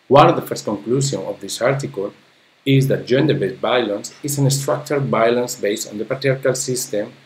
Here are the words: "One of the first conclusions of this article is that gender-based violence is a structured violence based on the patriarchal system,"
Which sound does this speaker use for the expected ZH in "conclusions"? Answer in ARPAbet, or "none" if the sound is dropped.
S